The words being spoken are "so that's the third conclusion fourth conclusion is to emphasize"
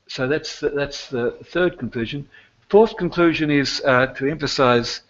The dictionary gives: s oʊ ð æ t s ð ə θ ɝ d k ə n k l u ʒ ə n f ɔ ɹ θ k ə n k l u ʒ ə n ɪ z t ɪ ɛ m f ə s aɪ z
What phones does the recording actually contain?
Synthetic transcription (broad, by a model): s oʊ ð æ t s ð ə θ ɝ d k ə n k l u ʒ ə n f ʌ ɹ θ k ə n k l u ʒ ə n ɪ z t ɪ ɛ m f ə s aɪ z